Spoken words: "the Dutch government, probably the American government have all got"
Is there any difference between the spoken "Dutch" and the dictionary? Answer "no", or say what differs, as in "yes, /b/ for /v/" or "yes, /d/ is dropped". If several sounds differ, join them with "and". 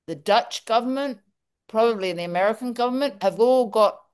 no